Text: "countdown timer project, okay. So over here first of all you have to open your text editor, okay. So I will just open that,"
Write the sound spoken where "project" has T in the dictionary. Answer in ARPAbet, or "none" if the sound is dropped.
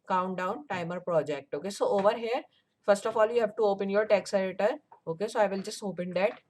T